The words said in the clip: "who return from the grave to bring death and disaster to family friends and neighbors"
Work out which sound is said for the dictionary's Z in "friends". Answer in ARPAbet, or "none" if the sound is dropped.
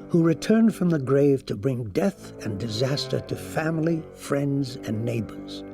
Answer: Z